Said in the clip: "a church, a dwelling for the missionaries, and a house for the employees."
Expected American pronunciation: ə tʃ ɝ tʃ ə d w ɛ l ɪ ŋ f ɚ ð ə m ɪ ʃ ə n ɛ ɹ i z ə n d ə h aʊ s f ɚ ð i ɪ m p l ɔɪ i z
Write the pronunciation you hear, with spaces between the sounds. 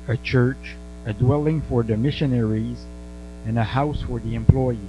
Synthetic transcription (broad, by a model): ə tʃ ɝ tʃ ə d w ɛ l ɪ ŋ f ɚ ð ə m ɪ ʃ ə n ɛ ɹ i z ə n ə h aʊ s f ɚ ð i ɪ m p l ɔɪ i